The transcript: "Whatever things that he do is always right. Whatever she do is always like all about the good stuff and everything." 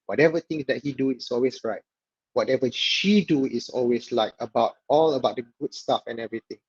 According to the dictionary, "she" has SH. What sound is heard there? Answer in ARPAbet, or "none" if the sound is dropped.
SH